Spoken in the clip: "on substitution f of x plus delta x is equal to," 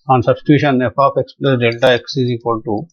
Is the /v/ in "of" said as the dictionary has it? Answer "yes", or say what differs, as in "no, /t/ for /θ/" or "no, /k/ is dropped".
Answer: no, /p/ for /v/